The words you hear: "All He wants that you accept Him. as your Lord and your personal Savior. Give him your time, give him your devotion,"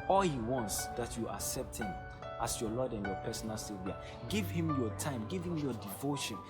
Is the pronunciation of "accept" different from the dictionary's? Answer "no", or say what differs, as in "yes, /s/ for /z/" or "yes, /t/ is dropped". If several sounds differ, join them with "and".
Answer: no